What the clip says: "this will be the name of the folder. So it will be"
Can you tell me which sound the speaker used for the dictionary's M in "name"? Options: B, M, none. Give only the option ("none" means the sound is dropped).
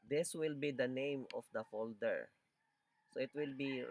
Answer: M